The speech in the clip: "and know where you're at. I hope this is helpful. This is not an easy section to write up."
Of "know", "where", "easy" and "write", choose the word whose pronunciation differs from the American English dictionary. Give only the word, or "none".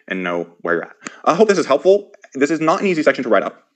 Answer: none